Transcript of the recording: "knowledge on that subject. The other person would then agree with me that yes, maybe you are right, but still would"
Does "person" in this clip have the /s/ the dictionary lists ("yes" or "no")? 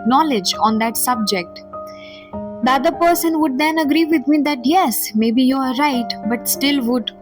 yes